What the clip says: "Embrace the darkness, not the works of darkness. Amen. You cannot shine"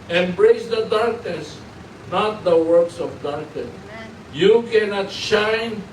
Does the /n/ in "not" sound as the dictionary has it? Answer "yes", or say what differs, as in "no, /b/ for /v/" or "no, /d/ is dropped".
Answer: yes